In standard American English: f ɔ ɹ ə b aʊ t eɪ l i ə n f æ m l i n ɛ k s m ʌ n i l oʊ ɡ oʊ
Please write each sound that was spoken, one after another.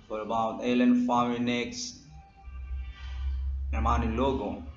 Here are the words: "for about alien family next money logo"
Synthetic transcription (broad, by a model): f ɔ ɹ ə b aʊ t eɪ l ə n f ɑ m i n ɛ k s m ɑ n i l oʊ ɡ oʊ